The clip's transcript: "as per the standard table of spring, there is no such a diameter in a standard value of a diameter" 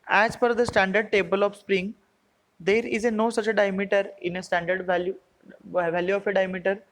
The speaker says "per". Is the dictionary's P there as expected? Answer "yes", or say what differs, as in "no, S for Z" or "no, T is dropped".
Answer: no, F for P